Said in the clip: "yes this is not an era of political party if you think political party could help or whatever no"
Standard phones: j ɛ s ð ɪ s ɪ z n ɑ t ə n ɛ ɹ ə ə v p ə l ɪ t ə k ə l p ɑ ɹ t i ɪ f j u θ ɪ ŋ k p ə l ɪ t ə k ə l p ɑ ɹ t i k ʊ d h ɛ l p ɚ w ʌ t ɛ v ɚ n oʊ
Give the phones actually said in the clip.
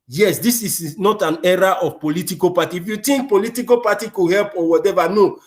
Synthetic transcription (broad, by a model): j ɛ s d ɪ s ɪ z n ɑ t ə n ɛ ɹ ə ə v p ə l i t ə k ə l p ɑ t i f j u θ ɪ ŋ k p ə l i t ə k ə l p ɑ t i k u h ɛ l p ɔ w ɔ t ɛ v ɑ n oʊ